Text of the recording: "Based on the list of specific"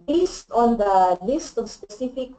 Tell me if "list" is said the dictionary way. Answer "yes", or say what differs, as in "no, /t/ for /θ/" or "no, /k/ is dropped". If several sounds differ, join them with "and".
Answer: yes